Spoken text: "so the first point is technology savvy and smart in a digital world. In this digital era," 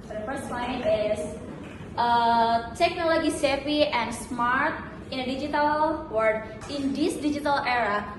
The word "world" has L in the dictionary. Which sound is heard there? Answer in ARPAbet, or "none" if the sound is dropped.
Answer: none